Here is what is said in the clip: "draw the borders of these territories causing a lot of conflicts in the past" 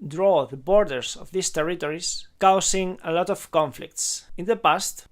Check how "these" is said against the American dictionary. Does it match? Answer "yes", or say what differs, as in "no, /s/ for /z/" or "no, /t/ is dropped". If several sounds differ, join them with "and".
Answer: no, /s/ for /z/